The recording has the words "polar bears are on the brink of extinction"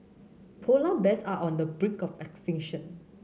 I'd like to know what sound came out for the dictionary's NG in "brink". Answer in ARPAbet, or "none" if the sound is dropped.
none